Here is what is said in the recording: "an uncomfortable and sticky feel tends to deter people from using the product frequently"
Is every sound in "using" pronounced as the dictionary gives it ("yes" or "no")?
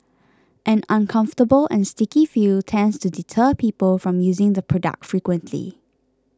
yes